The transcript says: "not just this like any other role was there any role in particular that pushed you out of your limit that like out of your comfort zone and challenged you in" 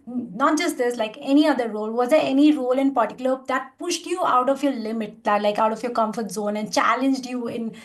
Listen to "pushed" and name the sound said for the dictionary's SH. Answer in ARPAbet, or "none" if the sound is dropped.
SH